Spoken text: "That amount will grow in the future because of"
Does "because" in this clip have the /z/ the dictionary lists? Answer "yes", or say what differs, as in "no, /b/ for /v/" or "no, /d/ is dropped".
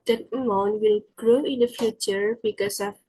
no, /s/ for /z/